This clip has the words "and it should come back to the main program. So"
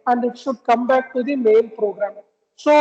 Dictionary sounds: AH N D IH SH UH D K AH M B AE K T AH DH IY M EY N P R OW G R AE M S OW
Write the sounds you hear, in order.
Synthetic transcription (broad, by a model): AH N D IH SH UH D K AH M B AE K T AH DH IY M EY L P R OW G R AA M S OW